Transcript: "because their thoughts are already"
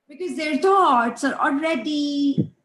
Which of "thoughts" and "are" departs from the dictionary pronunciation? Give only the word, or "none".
thoughts